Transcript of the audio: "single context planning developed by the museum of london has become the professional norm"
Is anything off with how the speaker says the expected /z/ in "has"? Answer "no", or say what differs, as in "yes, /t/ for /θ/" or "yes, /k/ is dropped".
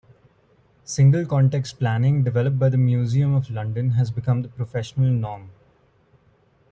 no